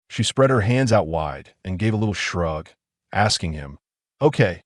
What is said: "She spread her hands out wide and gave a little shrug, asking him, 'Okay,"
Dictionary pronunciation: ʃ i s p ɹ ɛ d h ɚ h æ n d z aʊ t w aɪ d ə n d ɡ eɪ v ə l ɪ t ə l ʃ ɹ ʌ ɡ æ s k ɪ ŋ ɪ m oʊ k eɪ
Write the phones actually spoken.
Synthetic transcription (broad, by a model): ʃ i s p ɹ ɛ d h ɚ h æ n d z aʊ t w aɪ d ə n ɡ eɪ v ə l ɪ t l ʃ ɹ ʌ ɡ æ s k ɪ ŋ ɪ m oʊ k eɪ